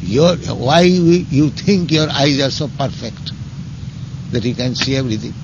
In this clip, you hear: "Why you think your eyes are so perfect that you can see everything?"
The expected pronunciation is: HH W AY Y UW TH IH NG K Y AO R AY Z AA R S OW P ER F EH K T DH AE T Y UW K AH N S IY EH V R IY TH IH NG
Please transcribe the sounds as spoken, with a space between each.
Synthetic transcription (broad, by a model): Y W AY Y UW T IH NG K Y AO R AY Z AA R S OW P ER F EH K T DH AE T Y UW K AH N S IY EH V R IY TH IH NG